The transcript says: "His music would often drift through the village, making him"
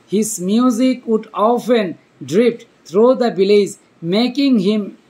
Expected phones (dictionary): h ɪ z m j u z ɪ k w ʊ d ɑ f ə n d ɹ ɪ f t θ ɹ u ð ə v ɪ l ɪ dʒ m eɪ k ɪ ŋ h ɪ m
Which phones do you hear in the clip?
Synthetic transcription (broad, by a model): h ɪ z m j u z ɪ k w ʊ d ɑ f ə n d ɹ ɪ p t t ɹ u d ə b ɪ l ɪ z m eɪ k ɪ ŋ h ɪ m